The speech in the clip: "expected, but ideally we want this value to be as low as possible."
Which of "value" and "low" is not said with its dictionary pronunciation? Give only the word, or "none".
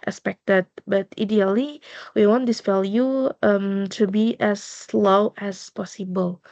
value